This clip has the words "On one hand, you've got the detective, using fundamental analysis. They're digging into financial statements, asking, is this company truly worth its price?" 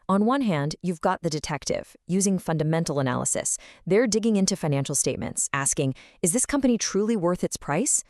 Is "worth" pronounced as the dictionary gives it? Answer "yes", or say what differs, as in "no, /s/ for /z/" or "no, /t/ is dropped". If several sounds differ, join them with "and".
yes